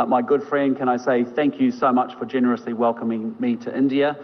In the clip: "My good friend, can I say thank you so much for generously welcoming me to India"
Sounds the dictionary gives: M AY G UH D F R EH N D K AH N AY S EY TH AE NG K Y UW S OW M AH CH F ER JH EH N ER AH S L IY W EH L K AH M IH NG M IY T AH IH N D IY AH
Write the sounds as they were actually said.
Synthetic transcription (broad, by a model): M AY G UH D F R EH N D K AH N AY S EY TH AE NG K Y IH S OW M AH CH F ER JH EH N ER AH S L IY W EH L K AH M IH NG M IY T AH IH N D IY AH